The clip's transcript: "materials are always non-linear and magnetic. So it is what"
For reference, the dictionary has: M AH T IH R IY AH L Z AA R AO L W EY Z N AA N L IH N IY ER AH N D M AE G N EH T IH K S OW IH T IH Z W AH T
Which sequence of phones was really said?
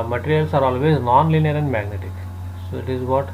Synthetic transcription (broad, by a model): M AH T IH R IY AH L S AA R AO L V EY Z N AA N L IH N IY ER AH N D M AE G N EH T IH K S OW IH T IH Z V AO T